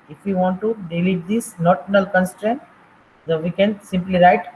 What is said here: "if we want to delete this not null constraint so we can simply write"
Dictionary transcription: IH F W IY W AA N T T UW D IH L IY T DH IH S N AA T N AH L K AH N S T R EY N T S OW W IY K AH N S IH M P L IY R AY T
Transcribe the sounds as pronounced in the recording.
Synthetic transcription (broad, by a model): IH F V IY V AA N T T UW D IH L IY T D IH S N AA T N AH L K AH N S T R EY N T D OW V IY K AH N S IH M P L IY R AY T